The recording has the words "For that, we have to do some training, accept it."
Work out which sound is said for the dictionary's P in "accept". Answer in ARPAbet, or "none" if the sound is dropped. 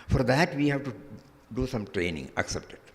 P